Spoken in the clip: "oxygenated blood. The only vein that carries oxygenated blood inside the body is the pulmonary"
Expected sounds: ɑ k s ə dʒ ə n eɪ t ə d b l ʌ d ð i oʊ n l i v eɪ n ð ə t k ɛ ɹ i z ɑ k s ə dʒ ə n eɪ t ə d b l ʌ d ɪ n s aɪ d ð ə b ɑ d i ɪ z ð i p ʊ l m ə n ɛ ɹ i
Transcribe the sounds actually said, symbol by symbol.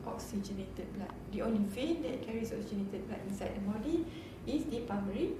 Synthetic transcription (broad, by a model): ɑ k s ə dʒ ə n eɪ t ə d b l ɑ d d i oʊ n l i f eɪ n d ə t k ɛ ɹ i s ɑ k s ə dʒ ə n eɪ t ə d b l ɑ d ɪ n s aɪ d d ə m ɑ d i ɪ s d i p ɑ m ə ɹ i